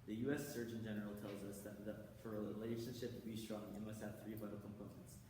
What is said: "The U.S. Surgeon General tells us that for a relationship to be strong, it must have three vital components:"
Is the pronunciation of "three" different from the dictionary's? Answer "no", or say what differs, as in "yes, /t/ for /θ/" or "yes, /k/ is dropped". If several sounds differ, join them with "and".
no